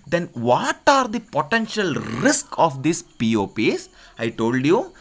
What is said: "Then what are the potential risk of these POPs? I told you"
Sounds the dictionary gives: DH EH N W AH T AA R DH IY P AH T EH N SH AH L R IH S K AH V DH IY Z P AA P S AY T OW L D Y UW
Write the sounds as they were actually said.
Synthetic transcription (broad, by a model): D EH N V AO T AA R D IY P AH T EH N SH AH L R IH S K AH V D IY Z P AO P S AY T OW L D Y UW